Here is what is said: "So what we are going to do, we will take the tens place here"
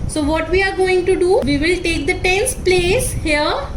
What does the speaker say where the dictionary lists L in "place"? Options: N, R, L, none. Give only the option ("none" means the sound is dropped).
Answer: L